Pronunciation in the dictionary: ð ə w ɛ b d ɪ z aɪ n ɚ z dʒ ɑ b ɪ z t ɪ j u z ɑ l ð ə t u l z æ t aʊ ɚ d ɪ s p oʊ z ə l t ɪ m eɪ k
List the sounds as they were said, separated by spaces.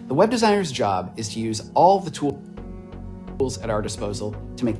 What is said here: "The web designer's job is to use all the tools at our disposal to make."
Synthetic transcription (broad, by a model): ð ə w ɛ b d ɪ z aɪ n ɚ z dʒ ɑ b ɪ z t ɪ j u z ɑ l ð ə t u l z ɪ t aʊ ɚ d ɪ s p oʊ z l t ɪ m eɪ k